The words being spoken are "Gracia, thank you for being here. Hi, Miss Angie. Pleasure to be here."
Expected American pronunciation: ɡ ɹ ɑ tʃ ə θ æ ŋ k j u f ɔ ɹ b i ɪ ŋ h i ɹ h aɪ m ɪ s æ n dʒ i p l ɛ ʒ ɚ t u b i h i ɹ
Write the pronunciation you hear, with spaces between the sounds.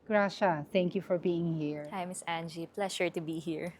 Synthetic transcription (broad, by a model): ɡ ɹ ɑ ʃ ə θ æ ŋ k j u f ɔ ɹ b i ɪ ŋ h i ɹ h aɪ m ɪ s æ n dʒ i p l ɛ ʃ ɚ t u b i h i ɹ